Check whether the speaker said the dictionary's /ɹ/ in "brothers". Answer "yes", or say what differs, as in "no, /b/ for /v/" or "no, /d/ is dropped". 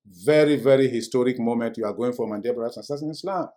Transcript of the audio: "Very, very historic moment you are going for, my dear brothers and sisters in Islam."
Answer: no, /ɹ/ is dropped